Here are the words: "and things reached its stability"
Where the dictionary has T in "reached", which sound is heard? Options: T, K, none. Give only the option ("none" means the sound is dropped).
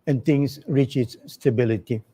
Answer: none